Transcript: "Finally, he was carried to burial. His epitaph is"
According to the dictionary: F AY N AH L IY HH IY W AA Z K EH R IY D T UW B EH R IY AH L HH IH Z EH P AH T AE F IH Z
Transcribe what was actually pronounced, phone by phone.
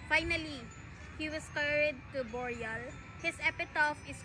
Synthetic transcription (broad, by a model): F AY N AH L IY HH IY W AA S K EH R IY D T UW B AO R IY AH L HH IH S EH P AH T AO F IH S